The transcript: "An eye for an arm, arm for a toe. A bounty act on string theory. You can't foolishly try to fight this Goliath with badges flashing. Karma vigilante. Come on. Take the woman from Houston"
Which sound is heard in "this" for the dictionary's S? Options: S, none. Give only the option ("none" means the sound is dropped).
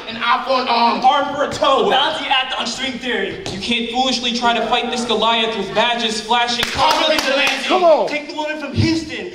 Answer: S